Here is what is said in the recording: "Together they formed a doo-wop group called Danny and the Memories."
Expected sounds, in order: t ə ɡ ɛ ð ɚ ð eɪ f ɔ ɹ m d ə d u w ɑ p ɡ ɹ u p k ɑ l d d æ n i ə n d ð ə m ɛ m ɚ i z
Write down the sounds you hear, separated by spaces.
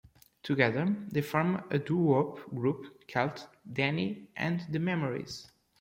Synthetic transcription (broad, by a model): t ə ɡ ɛ ð ɚ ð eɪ f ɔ ɹ m ə d u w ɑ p ɡ ɹ u p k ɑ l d d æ n i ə n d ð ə m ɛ m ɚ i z